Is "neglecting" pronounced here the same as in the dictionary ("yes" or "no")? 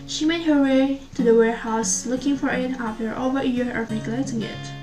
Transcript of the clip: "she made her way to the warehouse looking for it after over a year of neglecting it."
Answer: no